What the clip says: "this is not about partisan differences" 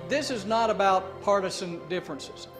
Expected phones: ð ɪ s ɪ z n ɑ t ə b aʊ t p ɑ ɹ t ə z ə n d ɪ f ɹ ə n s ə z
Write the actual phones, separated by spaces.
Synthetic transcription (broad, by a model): ð ɪ s ɪ z n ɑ t ə b aʊ t p ɑ ɹ t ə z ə n d ɪ f ɹ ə n s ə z